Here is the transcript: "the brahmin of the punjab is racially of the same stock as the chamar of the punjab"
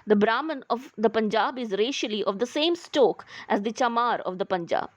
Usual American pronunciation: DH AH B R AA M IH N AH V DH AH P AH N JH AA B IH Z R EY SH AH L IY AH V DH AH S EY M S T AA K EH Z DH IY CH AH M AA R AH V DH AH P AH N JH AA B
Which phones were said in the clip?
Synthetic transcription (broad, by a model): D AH B R AA M IH N AH V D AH P AH N JH AA B IH Z R EY SH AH L IY AH V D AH S EY M S T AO K EH Z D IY CH AH M AA R AH V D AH P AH N JH AA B